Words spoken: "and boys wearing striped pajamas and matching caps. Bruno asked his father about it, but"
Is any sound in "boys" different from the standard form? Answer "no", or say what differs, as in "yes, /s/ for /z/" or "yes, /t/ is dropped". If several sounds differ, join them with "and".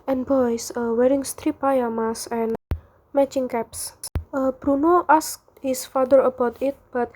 yes, /s/ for /z/